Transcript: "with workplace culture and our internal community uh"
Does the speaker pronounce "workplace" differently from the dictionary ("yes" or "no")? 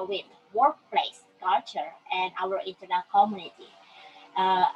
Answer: no